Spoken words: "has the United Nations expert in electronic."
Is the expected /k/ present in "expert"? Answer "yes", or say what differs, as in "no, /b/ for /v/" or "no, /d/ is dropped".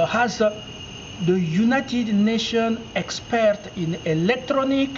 yes